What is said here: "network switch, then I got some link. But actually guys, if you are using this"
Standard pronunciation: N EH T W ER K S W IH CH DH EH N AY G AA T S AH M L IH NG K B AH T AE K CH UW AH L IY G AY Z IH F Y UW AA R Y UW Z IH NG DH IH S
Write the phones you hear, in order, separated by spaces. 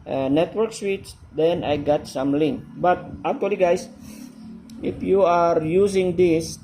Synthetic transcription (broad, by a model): N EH T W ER K S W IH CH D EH N AY G AA T S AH M L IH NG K B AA T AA K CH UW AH L IY G AY S IH F Y UW AA R Y UW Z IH NG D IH S